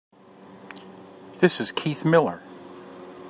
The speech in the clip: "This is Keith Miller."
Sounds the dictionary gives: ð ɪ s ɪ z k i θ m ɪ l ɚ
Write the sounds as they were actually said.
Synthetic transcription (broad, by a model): ð ɪ s ɪ z k i θ m ɪ l ɚ